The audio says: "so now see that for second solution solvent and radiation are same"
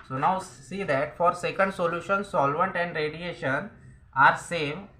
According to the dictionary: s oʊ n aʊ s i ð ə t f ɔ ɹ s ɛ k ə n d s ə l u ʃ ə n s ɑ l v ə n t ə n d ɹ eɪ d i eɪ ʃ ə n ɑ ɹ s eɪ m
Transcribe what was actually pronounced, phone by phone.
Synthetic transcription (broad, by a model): s oʊ n aʊ s i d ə t f ɔ ɹ s ɛ k ə n d s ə l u ʃ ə n s ɑ l v ə n t ə n d ɹ eɪ d i eɪ ʃ ə n ɑ ɹ s eɪ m